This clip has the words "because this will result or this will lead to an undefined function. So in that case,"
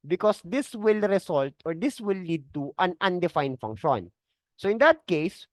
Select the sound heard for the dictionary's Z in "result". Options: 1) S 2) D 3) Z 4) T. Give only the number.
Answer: 1